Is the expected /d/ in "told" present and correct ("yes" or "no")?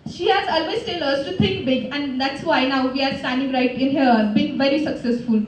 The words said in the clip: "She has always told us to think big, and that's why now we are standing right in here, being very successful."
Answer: no